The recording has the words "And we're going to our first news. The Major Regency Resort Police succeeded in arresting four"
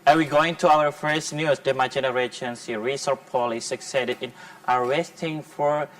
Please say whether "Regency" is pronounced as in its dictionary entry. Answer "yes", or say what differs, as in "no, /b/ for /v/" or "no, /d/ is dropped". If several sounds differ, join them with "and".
no, /ʃ/ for /dʒ/